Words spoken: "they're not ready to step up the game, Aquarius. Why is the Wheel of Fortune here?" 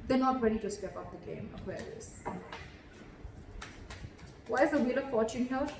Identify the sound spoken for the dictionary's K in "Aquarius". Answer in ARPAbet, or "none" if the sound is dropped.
none